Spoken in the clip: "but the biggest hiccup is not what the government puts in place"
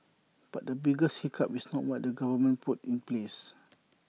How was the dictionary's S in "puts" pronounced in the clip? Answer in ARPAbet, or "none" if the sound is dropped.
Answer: none